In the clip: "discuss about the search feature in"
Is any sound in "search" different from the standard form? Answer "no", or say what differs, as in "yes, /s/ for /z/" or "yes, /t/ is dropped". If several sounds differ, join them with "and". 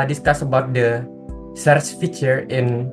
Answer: yes, /s/ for /tʃ/